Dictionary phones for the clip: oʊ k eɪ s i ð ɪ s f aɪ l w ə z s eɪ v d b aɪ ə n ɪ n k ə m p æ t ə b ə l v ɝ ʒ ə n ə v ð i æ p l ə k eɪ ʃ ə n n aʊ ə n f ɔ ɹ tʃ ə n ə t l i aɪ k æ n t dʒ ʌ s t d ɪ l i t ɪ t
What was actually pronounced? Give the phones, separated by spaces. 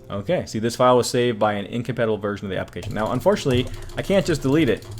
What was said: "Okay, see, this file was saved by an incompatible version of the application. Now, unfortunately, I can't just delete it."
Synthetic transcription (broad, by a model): oʊ k eɪ s i ð ɪ s f aɪ l w ə z s eɪ v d b aɪ ə n ɪ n k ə m p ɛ t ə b l v ɝ ʒ ə n ə v ð i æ p l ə k eɪ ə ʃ n aʊ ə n f ɔ ɹ tʃ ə n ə t l i aɪ k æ n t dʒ ʌ s d ɪ l i t ɪ t